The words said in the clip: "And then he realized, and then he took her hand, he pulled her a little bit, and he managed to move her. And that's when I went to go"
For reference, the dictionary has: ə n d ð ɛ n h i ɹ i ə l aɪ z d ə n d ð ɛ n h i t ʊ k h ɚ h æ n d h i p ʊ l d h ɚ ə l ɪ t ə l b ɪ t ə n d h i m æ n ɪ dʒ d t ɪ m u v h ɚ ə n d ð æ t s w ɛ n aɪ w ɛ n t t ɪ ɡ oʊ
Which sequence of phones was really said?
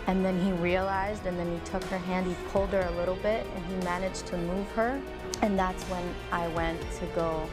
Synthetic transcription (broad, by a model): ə n ð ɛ n i ɹ i ə l aɪ z d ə n ð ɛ n i t ʊ k h ɚ h æ n d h i p ʊ l d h ɚ ə l ɪ t l b ɪ t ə n i m æ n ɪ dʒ t ɪ m u v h ɚ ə n ð æ t s w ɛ n aɪ w ɛ n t t ɪ ɡ oʊ